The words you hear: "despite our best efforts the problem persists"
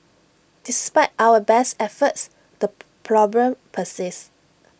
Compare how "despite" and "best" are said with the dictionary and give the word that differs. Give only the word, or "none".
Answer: none